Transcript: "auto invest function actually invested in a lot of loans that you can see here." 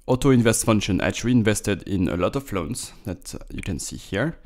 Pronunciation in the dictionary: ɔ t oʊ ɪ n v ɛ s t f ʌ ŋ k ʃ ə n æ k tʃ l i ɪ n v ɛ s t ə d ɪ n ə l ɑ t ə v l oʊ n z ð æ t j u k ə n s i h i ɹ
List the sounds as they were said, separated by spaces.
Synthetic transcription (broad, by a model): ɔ t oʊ ɪ n v ɛ s t f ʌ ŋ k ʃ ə n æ tʃ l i ɪ n v ɛ s t ə d ɪ n ə l ɑ t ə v l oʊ n s ð æ t j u k ə n s i h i ɹ